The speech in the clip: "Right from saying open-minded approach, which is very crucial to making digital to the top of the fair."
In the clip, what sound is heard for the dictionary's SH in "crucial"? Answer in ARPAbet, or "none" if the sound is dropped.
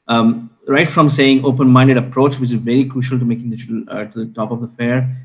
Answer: SH